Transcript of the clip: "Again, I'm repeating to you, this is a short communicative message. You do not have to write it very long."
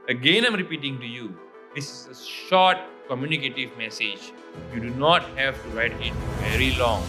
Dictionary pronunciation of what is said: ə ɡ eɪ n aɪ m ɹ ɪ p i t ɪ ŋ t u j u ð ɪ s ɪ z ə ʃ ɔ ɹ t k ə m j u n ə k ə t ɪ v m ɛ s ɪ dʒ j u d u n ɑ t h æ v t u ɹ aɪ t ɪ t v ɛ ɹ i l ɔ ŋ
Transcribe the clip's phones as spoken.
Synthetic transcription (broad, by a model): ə ɡ eɪ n aɪ m ɹ ɪ p i t ɪ ŋ t u j u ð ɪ s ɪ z ə ʃ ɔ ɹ t k ə m j u n ə k ə t ɪ v m ɛ s ɪ dʒ j u d u n ɑ t h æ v t u ɹ aɪ t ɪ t v ɛ ɹ i l ɔ ŋ